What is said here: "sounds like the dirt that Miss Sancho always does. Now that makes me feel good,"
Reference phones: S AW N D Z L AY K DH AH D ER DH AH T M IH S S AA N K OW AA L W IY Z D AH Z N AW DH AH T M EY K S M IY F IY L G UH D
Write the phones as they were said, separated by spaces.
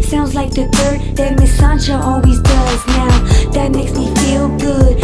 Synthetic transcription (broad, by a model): S AW N D Z L AY K DH AH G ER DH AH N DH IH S S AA N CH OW AA L W IY Z D AH Z N AW DH AH T M EY K S M IY F IY L G UH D